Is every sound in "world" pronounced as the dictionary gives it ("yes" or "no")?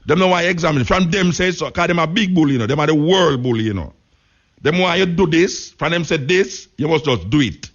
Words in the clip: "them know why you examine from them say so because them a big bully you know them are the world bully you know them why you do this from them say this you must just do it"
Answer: yes